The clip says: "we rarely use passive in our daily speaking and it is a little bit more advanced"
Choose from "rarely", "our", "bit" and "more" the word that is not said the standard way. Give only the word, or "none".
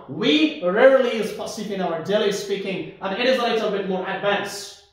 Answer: rarely